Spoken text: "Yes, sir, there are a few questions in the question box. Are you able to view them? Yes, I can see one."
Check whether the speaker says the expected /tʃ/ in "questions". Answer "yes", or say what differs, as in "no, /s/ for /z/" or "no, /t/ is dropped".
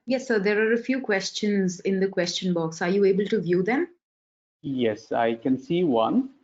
yes